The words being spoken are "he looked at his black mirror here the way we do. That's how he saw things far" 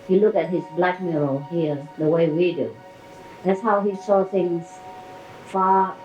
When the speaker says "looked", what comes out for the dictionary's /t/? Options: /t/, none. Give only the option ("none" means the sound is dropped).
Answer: none